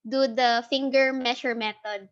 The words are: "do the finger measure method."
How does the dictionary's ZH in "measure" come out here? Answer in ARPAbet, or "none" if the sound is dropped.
SH